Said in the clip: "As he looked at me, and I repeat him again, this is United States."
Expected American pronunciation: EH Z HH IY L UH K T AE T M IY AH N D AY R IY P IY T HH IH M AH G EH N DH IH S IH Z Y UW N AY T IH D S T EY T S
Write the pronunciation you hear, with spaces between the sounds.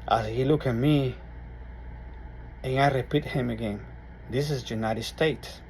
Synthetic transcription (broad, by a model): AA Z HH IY L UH K AE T M IY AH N AY R IY P IY T HH IH M AH G EH N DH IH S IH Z Y UW N AY T IH D S T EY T S